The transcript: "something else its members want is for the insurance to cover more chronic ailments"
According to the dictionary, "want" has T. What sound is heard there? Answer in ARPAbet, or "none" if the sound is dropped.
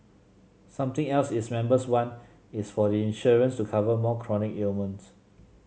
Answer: none